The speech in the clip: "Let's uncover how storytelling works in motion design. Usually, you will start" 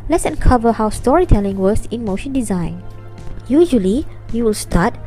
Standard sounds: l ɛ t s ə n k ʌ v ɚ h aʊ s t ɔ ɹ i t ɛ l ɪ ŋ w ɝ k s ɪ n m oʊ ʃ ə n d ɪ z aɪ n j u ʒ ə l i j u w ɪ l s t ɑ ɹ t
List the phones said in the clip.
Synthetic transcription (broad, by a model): l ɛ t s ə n k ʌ v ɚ h aʊ s t ɔ ɹ i t ɛ l ɪ ŋ w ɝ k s ɪ n m oʊ ʃ ə n d ɪ z aɪ n j u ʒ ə l i j u w ɪ l s t ɑ t